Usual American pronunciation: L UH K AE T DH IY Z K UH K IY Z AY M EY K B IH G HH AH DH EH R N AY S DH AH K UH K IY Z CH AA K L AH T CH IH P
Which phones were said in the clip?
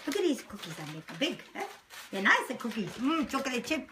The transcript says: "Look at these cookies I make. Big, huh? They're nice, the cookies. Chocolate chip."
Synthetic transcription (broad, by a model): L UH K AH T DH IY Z K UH K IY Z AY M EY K B IH G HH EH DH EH N AY S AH K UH K IY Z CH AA K AH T CH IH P